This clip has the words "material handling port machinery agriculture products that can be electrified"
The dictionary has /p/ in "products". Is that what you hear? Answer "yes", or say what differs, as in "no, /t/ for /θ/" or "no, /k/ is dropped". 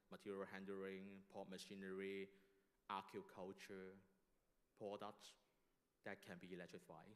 yes